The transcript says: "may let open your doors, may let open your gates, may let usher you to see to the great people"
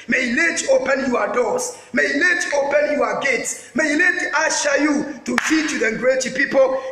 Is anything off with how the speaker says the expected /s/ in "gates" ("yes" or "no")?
no